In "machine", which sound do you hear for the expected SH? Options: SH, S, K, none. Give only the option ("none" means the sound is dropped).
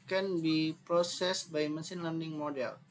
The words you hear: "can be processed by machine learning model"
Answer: S